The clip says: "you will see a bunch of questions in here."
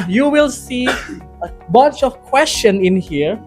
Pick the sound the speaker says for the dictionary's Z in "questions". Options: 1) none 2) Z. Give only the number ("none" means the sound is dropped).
1